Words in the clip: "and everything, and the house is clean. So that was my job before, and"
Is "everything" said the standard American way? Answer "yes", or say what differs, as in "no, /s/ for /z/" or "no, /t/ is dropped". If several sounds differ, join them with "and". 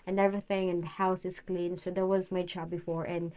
yes